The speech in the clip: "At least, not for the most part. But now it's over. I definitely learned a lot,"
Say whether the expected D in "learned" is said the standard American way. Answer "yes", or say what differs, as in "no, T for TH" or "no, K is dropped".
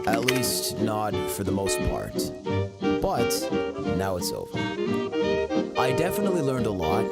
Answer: yes